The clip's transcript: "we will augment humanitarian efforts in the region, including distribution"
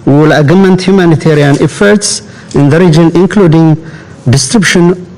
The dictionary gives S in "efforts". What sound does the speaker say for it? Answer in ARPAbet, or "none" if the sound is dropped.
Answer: S